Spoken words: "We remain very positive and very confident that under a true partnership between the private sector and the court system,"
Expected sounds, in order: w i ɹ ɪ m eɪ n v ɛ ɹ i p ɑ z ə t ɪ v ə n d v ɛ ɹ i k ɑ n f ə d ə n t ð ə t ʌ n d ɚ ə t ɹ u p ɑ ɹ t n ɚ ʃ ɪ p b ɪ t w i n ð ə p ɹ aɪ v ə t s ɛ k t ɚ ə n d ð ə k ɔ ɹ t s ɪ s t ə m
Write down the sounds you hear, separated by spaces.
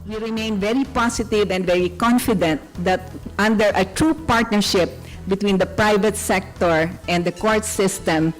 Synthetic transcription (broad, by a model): w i ɹ ɪ m eɪ n v ɛ ɹ i p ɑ s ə t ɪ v ə n d v ɛ ɹ i k ɑ n f ə d ə n t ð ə t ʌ n d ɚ ə t ɹ u p ɑ ɹ t n ɚ ʃ ɪ p b ɪ t w i n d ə p ɹ aɪ v ə t s ɛ k t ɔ ə n d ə k ɔ ɹ t s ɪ s t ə m